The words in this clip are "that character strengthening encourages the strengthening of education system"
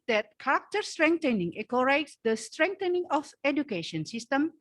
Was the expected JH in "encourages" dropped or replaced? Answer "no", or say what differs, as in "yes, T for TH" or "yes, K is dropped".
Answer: yes, JH is dropped